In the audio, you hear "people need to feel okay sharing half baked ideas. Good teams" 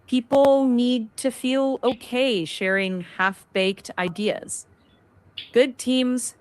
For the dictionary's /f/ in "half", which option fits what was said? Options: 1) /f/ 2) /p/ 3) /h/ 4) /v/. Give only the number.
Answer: 1